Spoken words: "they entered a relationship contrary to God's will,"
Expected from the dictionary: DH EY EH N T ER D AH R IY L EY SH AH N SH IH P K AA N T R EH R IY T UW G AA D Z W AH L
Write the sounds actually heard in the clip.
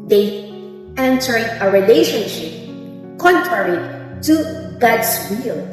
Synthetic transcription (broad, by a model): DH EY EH N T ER AH R IY L EY SH AH N SH IH P K AA N T R EH R IY T UW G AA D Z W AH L